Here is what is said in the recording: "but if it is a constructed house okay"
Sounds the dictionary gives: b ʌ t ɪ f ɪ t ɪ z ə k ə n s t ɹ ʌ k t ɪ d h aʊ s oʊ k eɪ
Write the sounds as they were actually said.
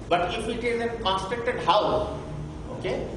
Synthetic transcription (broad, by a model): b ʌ t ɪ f ɪ t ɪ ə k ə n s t ʌ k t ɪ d h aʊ oʊ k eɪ